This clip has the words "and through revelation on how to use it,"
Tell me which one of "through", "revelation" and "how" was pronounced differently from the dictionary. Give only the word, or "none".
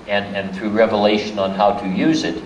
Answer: none